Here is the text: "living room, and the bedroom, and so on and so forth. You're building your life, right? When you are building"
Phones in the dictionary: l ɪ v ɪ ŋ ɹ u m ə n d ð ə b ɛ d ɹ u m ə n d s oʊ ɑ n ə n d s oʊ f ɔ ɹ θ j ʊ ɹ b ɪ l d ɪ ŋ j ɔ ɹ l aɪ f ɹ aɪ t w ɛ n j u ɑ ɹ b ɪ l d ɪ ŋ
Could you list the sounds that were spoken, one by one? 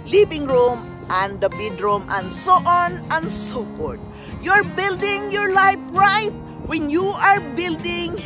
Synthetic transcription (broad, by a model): l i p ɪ ŋ ɹ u m ə n d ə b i d ɹ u m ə n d s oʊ ɑ n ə n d s oʊ p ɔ ɹ t j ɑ ɹ b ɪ l d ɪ ŋ j ɔ ɹ l aɪ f ɹ aɪ t w ɛ n j u ɑ ɹ b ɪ l d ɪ ŋ